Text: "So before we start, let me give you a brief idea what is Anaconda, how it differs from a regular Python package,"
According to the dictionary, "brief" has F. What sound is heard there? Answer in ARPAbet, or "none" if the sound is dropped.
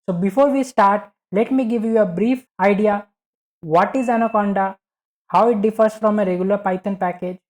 F